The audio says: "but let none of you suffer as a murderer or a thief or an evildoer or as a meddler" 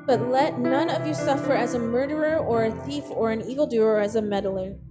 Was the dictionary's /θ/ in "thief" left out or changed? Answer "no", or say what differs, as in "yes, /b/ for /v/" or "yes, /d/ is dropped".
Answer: no